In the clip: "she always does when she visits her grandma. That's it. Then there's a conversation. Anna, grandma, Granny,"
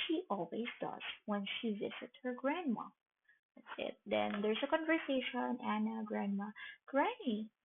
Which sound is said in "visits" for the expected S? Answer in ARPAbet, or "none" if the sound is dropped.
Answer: none